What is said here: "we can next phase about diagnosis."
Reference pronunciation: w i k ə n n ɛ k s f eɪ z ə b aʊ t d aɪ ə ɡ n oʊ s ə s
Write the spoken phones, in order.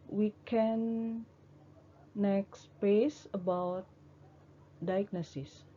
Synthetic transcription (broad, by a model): w i k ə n n ɛ k s p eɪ s ə b aʊ t d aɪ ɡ n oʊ s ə s